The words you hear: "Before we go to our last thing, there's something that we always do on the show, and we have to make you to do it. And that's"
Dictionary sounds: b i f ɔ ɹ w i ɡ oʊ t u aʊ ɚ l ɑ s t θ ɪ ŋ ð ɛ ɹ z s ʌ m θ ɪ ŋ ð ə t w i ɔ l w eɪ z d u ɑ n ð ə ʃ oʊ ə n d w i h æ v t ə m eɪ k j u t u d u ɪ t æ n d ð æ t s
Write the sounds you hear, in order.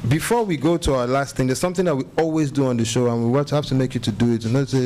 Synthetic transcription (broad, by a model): b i f ɔ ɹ w i ɡ oʊ t u aʊ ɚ l ɑ s t θ ɪ ŋ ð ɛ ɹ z s ʌ m θ ɪ ŋ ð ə t w i ɔ l w eɪ z d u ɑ n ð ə ʃ oʊ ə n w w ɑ h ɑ f t ə m eɪ k j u t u d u ɪ t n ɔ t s